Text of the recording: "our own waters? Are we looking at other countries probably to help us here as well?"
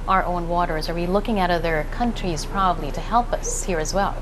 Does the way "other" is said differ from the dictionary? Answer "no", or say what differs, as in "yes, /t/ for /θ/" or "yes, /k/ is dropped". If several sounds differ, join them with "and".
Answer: no